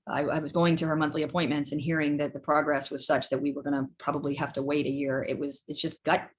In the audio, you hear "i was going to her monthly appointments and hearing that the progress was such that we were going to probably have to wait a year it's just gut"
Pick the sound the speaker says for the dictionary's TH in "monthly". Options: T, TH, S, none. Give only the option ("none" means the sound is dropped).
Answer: TH